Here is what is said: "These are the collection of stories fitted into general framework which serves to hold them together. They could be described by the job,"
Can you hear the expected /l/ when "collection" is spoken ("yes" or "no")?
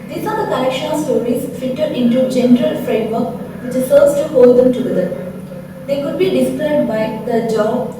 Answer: no